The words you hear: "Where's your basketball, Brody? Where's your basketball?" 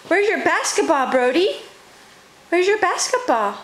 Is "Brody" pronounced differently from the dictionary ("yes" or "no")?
no